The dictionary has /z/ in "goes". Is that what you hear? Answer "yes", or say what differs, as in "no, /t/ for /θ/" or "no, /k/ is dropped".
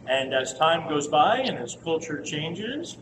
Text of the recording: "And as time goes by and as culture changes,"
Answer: yes